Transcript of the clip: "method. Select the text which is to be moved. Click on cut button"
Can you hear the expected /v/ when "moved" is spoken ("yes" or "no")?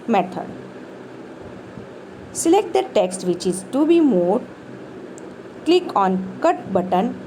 no